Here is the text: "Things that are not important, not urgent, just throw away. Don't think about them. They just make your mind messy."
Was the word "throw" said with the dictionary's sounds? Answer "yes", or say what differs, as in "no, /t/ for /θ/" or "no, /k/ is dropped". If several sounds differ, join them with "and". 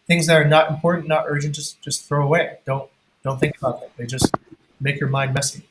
yes